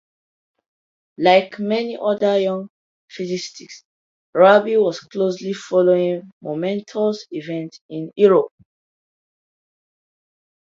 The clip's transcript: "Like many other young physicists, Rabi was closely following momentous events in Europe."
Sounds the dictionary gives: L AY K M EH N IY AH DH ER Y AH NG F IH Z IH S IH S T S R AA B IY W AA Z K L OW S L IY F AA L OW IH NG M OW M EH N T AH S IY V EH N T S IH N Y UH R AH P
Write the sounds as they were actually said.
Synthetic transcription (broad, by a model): L AY K M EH N IY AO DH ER Y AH NG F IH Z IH S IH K S R AA B IY W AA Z K L OW S L IY F AA L OW IH NG M OW M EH N T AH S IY V EH N T IH N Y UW R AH P